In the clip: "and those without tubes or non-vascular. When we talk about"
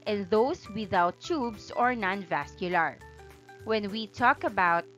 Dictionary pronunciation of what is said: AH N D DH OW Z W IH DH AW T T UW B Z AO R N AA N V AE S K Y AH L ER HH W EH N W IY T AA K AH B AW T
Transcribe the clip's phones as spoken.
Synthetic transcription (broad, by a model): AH N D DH OW S W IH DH AW T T UW B S AO R N AA N V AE S K Y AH L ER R W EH N W IY T AA K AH B AW T